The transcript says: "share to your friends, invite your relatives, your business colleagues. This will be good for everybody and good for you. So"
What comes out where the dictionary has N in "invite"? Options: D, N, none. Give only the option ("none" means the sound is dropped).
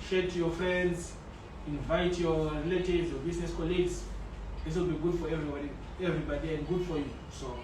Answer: N